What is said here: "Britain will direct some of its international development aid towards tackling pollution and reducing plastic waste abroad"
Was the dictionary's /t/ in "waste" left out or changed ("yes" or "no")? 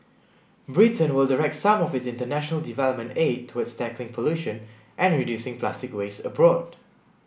yes